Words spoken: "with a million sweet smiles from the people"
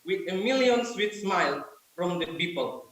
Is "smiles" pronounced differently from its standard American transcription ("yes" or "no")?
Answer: yes